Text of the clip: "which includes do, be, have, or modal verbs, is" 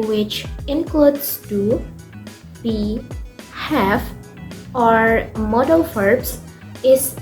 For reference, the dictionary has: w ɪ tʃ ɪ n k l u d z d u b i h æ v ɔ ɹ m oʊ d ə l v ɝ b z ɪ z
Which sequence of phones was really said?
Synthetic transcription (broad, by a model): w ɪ tʃ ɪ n k l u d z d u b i h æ f ɔ ɹ m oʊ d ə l f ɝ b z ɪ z